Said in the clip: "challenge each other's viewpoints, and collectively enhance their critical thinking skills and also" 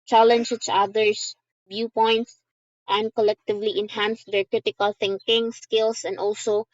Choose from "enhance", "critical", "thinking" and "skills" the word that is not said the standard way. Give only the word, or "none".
skills